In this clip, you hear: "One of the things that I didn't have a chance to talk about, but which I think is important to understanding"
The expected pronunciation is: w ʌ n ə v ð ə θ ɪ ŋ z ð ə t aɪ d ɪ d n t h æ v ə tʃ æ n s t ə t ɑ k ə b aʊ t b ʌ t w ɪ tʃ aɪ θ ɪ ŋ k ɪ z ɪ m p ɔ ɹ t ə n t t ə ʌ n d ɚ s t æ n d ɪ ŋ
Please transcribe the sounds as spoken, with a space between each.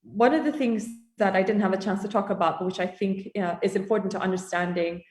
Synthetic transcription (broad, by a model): w ʌ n ə v ð ə θ ɪ ŋ z ð ə t aɪ d ɪ d n t h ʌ v ə tʃ æ n s t ə t ɑ k ə b aʊ t b ʌ t w ɪ tʃ aɪ θ ɪ ŋ k ɪ z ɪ m p ɔ ɹ t n t t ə ʌ n d ɚ s t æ n d ɪ ŋ